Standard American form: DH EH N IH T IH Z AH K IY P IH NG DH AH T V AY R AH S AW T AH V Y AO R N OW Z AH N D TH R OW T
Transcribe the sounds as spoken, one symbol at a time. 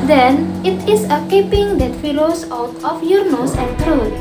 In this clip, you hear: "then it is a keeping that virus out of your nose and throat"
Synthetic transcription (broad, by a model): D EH N IH T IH S AH K IY P IH NG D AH T F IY L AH S AW T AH F Y AO R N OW S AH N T R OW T